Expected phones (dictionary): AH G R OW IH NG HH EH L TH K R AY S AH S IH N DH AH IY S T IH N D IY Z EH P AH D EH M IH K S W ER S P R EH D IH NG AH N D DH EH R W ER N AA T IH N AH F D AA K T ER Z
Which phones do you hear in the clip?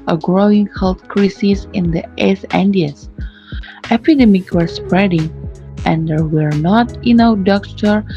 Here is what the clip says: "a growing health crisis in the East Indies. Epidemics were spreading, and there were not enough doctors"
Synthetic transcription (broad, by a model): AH G R OW IH NG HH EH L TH K R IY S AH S IH N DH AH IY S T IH N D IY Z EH P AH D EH M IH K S W ER S P R EH D IH NG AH N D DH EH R W ER N AA T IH N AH D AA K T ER